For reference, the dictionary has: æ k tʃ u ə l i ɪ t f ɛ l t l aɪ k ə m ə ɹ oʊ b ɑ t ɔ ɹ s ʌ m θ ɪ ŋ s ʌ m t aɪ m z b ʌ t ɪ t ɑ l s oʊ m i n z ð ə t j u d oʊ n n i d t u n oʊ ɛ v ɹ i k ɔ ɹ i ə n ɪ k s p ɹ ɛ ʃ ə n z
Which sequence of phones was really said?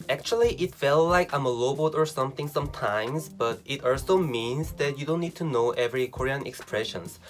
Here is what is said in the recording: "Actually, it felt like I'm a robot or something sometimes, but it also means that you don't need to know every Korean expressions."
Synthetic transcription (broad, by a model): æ k tʃ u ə l i ɪ t f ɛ l l aɪ k ə m ə l oʊ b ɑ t ɔ ɹ s ʌ m θ ɪ ŋ s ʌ m t aɪ m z b ʌ t ɪ t ɑ l s oʊ m i n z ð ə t j u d oʊ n n i d t u n oʊ ɛ v ɹ i k ɔ ɹ i ə n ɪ k s p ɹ ɛ ʃ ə n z